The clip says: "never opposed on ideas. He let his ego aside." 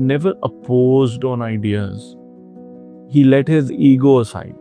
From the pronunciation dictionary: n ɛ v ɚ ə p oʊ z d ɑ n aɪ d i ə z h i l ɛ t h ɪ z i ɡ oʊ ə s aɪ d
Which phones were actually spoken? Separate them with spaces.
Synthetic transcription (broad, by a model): n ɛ v ɚ ə p oʊ z d ɑ n aɪ d i ə z h i l ɛ t h ɪ z i ɡ oʊ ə s aɪ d